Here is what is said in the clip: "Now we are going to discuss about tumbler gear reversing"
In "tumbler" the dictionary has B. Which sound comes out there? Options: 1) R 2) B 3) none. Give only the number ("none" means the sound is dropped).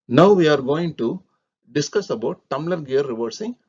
3